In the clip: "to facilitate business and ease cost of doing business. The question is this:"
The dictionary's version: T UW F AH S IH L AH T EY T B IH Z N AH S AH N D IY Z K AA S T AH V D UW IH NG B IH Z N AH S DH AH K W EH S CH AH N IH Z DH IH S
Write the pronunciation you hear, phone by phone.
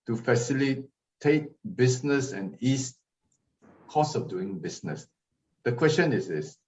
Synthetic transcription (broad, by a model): T UW F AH S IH L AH T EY T B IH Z N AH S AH N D IY S K AA S AH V D UW IH NG B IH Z N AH S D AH K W EH S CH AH N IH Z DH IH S